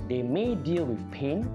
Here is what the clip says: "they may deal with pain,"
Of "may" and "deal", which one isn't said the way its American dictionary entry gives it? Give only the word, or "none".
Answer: none